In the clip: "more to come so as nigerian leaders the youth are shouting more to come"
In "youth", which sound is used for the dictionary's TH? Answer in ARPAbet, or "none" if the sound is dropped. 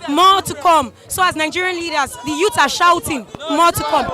S